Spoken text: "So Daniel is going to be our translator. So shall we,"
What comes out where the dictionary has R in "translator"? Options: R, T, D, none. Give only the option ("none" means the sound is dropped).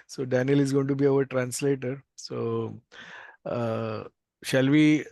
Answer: R